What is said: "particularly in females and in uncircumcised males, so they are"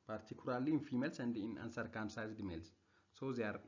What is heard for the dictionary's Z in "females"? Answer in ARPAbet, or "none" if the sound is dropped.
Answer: S